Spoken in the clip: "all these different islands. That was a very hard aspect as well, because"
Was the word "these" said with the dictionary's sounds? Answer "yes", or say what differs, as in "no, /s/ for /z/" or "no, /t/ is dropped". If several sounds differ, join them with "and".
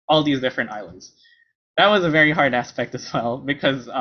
yes